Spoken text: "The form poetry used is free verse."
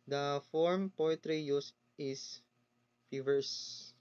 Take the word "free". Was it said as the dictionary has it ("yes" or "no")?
no